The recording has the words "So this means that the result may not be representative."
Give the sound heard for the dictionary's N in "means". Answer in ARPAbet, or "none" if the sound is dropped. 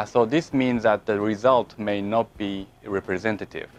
N